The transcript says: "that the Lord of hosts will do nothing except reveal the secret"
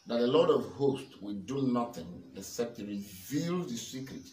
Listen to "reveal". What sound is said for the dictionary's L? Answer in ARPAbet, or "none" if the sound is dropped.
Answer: L